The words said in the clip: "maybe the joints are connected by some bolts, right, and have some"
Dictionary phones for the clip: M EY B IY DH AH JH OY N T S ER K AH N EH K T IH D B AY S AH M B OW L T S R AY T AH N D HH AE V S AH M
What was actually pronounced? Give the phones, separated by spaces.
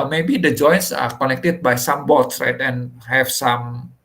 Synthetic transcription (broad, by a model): M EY B IY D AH JH OY N S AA K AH N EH K T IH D B AY S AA M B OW T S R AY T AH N HH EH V S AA M